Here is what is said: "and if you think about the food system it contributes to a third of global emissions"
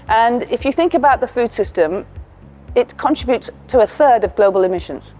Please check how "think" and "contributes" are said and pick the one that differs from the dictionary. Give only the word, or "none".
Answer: none